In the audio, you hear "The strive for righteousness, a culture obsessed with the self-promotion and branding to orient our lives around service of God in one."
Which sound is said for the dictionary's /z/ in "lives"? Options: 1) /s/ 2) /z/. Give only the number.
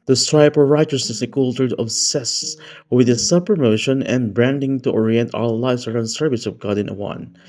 1